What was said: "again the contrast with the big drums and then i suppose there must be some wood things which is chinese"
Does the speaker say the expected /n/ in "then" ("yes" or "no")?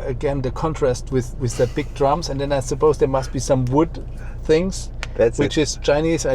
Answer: yes